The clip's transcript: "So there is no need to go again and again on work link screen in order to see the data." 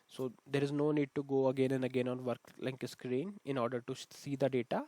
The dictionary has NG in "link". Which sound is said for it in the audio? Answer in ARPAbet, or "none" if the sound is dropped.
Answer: none